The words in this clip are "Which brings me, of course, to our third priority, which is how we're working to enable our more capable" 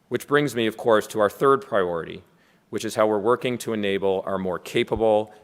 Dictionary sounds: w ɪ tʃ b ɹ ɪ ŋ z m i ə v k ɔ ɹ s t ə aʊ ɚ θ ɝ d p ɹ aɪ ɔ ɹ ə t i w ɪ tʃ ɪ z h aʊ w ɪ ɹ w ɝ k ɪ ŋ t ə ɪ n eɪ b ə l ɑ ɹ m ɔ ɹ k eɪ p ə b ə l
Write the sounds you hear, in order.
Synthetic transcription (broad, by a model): w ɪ tʃ b ɹ ɪ ŋ z m i ə v k ɔ ɹ s t ə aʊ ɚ θ ɝ d p ɹ aɪ ɔ ɹ ə t i w ɪ tʃ ɪ z h aʊ w ɪ ɹ w ɝ k ɪ ŋ t ə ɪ n eɪ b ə l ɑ ɹ m ɔ ɹ k eɪ p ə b l